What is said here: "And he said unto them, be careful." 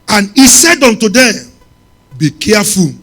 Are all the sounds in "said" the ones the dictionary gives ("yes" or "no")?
yes